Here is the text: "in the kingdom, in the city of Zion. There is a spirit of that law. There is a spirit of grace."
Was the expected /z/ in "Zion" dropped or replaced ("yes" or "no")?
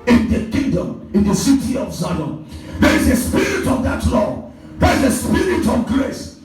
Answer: yes